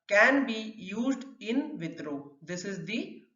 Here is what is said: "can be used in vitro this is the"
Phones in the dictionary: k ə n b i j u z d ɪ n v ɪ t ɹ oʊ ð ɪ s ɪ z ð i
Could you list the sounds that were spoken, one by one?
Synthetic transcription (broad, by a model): k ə n b i j u z d ɪ n v ɪ t ɹ oʊ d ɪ s ɪ z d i